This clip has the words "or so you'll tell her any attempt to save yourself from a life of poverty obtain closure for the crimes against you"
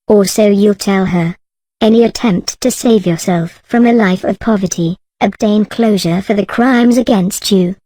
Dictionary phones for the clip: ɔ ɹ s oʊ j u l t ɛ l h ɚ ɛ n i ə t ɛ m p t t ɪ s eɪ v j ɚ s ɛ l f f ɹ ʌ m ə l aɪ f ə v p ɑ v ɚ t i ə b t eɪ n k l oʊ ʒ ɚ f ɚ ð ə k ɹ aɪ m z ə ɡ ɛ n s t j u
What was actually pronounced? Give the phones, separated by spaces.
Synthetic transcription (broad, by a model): ɔ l s oʊ j u l t ɛ l ɚ ɛ n i ə t ɛ m p t t ɪ s eɪ v j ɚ s ɛ l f f ɹ ʌ m ə l aɪ f ə v p ɑ v ɚ t i ə b t eɪ n k l oʊ ʒ ɚ f ɚ ð ə k ɹ aɪ m z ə ɡ ɛ n s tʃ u